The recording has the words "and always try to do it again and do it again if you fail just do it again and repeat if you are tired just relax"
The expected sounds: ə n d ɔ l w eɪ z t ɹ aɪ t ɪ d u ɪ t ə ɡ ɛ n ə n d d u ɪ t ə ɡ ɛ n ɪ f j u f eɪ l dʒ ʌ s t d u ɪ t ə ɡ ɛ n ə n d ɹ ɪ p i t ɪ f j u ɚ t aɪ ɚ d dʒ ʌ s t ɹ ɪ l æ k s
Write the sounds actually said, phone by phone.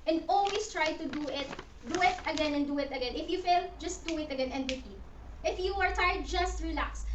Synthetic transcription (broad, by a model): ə n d ɔ l w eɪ s t ɹ aɪ t ɪ d u ɪ t ə ɡ ɛ n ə n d d u ɪ t ə ɡ ɛ n ɪ f j u f eɪ l dʒ ʌ s t d u ɪ t ə ɡ ɛ n ə n d w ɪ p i t ɪ f j u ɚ t aɪ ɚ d dʒ ʌ s t ɹ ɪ l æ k s